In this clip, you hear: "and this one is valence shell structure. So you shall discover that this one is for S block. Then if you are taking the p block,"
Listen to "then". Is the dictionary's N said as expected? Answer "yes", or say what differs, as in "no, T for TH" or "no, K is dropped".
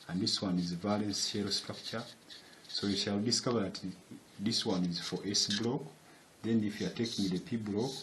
yes